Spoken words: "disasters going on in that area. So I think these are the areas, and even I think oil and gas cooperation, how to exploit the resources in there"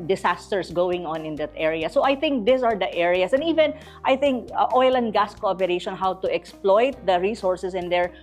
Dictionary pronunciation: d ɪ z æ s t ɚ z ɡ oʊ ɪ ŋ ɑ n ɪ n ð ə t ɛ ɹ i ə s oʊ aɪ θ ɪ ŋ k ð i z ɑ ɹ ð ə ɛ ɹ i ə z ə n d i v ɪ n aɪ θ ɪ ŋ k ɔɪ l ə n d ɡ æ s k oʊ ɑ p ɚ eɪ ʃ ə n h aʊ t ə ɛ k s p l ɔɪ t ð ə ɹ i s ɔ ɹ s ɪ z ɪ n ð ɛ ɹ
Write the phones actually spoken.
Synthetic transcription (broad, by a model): d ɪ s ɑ s t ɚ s ɡ oʊ ɪ ŋ ɑ n ɪ n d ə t ɛ ɹ i ə s oʊ aɪ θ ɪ ŋ k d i s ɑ ɹ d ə ɛ ɹ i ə s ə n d i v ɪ n aɪ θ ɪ ŋ k ɔɪ l ə n d ɡ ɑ s k oʊ ɑ p ɚ eɪ ʃ ə n h aʊ t ə ɛ k s p l ɔɪ t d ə ɹ i s ɔ ɹ s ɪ s ɪ n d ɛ ɹ